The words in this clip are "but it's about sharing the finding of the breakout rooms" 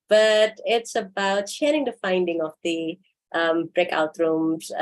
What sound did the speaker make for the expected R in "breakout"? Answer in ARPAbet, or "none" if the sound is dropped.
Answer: R